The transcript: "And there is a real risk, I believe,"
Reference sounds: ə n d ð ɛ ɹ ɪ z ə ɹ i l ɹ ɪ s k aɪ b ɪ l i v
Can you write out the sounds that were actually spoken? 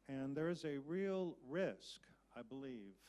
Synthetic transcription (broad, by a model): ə n ð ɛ ɹ ɪ z ə ɹ i l ɹ ɪ s k aɪ b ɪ l i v